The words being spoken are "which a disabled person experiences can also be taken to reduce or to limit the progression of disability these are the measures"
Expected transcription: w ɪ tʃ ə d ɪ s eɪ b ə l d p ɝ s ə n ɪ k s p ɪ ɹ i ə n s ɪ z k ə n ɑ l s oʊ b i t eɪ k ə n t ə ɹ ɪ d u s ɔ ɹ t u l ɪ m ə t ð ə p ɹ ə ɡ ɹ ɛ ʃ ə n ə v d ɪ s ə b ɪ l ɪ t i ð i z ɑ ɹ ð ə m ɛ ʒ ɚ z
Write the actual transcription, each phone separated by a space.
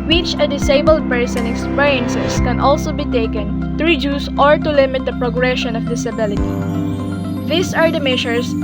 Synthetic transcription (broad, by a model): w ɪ tʃ ə d ɪ s eɪ b ə l d p ɝ s ə n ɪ k s p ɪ ɹ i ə n s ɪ s k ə n ɑ l s oʊ b i t eɪ k ə n t ə ɹ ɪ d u s ɔ ɹ t u l ɪ m ə t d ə p ɹ ə ɡ ɹ ɛ ʃ ə n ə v d ɪ s ə b ɪ l ɪ t i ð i s ɑ ɹ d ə m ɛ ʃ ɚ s